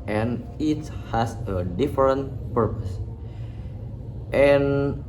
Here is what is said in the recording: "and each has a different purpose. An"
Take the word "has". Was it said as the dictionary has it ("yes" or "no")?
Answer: no